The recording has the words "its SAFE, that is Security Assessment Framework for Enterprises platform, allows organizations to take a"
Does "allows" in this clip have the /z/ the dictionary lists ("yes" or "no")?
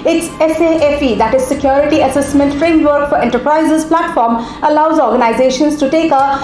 yes